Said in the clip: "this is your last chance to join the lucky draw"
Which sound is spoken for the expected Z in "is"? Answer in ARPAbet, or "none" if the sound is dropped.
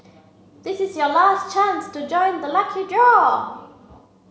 Z